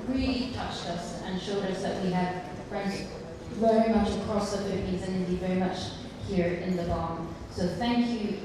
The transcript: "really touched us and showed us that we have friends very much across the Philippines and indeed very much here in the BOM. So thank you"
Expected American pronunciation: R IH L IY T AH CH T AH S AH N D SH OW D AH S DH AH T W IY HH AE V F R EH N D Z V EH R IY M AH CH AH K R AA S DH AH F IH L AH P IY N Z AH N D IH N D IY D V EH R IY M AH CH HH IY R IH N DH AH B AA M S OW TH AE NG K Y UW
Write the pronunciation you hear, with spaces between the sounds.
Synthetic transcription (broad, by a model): R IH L IY T AH CH T AH S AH N SH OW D AH S DH AH T W IY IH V F R EH N D Z V EH R IY M AH CH AH K R AA S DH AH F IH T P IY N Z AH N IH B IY V EH R IY M AH CH HH IY R IH N DH AH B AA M S OW TH AE NG K Y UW